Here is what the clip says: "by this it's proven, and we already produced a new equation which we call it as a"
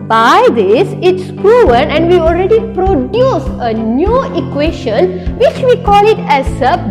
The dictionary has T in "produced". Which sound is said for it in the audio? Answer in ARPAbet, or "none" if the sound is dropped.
none